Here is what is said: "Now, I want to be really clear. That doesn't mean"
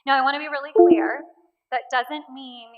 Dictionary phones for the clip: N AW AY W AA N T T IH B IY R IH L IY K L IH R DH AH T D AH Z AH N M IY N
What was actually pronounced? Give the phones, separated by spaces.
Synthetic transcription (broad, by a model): N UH AY W AA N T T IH B IY R IH L IY K W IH R DH AH T D AH Z AH N M IY N